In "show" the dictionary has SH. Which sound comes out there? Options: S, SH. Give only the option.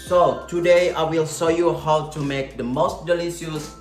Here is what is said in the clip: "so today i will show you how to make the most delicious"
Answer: S